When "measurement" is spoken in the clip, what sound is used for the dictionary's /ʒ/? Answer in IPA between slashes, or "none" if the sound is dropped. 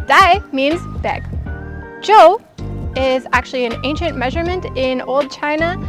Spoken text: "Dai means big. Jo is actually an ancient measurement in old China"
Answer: /ʒ/